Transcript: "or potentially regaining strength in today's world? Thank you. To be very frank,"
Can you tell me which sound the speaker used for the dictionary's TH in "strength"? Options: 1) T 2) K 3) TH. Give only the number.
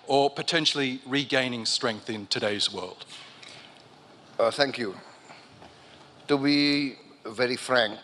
3